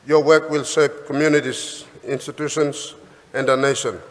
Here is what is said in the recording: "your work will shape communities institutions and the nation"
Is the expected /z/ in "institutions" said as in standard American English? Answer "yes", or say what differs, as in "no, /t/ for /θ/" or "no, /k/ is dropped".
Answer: no, /s/ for /z/